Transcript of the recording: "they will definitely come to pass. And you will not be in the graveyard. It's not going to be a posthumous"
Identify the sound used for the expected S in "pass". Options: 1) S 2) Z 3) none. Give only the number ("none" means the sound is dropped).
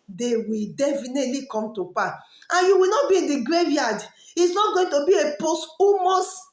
3